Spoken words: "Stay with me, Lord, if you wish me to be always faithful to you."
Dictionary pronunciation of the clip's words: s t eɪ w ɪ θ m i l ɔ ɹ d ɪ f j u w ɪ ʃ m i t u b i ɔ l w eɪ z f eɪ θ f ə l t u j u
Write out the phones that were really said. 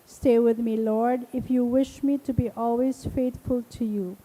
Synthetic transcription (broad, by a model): s t eɪ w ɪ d m i l ɔ ɹ d ɪ f j u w ɪ ʃ m i t u b i ɔ l w eɪ z f eɪ t f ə l t u j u